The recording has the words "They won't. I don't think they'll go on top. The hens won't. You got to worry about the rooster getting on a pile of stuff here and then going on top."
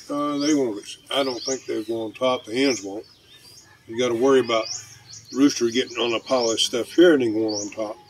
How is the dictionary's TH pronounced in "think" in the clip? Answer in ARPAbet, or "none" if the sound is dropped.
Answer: TH